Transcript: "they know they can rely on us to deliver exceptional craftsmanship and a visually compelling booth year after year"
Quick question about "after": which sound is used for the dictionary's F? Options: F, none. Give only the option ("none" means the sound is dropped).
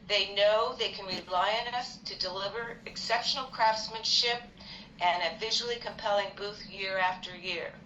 F